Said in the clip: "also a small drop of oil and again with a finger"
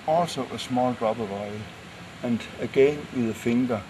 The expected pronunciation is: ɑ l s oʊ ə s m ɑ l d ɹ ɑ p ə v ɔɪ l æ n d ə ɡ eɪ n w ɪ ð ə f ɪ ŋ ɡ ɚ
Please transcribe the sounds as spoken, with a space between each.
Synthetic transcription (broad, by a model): ɑ l s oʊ ə s m ɑ l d ɹ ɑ b ə v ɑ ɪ æ n d ə ɡ eɪ n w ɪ ð ə f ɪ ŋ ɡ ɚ